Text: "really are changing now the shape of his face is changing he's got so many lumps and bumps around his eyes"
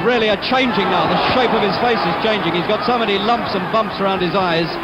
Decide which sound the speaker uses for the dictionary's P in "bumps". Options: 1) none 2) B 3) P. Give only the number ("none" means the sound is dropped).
3